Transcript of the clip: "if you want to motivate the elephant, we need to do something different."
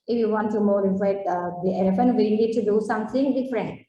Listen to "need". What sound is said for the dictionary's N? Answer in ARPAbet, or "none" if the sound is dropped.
L